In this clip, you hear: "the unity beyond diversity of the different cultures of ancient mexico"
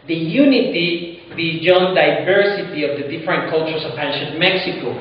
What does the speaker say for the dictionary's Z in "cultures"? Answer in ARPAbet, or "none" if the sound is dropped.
S